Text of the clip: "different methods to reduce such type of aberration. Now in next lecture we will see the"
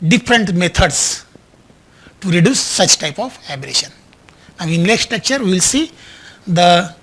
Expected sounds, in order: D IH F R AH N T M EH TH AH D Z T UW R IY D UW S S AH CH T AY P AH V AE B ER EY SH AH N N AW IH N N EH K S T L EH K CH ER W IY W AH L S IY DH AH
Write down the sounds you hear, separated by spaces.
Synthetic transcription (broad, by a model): D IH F R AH N T M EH T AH D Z T UW R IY D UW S S AH CH T AY P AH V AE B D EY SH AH N N AW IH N L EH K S T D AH K CH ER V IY L S IY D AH